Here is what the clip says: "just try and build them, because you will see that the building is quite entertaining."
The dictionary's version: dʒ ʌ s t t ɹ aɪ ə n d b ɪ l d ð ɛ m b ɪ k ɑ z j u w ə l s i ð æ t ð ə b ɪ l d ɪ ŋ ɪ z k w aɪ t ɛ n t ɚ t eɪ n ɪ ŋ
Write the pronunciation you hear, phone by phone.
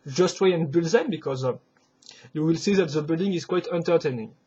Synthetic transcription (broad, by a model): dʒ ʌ s t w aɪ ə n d b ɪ l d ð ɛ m b ɪ k ɑ z j u w ə l s i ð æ t ð ə b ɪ l d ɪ ŋ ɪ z k w aɪ t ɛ n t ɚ t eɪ n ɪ ŋ